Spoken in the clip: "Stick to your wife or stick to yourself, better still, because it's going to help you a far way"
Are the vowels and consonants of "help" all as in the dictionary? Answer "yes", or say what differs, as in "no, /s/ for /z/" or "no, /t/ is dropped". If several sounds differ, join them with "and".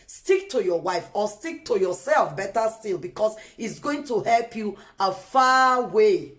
yes